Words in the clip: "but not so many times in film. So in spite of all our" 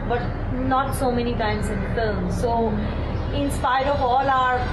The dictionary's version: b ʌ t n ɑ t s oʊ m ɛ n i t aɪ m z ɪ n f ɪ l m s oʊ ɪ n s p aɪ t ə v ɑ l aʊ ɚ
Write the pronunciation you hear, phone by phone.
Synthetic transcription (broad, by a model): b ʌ t n ɑ t s oʊ m ɛ n i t aɪ m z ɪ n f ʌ m s oʊ ɪ n s p aɪ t ə v ɑ l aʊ ɚ